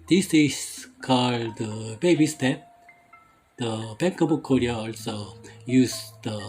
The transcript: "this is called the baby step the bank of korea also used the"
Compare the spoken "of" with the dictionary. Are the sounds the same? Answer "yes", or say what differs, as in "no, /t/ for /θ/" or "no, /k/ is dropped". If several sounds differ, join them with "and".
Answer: no, /b/ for /v/